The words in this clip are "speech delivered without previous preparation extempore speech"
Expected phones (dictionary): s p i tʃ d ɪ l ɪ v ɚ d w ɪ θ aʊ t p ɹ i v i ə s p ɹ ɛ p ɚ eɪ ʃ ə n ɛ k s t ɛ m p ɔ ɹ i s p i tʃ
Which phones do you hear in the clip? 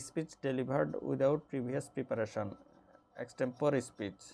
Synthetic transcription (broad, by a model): s p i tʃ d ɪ l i b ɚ d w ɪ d aʊ t p ɹ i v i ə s p ɹ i p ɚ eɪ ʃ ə n ɛ k s t ɛ m p ɔ ɹ i s p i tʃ